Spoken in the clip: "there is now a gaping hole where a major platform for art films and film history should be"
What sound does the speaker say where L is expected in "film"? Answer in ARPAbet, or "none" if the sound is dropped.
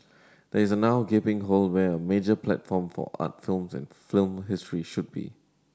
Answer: L